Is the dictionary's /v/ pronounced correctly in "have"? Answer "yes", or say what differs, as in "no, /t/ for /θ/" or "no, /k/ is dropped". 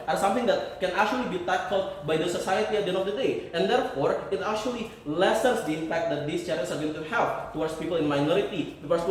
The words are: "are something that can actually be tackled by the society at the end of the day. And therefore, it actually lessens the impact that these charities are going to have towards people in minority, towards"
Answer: no, /f/ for /v/